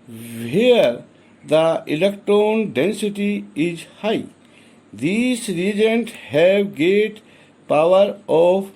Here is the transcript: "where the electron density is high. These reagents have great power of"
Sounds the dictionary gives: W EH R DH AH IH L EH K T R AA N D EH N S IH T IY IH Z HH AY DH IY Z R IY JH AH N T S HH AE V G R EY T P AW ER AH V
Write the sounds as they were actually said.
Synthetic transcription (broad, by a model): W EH R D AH IH L EH K T R AA N D EH N S IH T IY IH Z HH AY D IY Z R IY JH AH N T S HH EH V G EY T P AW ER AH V